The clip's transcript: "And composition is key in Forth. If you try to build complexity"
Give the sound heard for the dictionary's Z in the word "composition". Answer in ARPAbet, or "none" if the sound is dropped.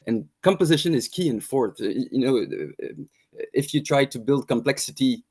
Z